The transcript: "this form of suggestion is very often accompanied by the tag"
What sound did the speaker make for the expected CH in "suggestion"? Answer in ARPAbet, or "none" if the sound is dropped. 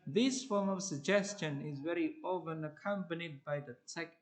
CH